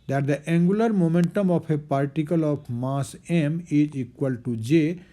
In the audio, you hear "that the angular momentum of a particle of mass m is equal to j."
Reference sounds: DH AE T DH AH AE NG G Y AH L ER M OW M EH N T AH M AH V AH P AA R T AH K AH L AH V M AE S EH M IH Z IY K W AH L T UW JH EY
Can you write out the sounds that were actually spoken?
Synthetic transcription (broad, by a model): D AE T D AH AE NG G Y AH L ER M OW M EH N T AH M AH P AH P AA R T AH K AH L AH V M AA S EH M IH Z IY K W AH L T UW JH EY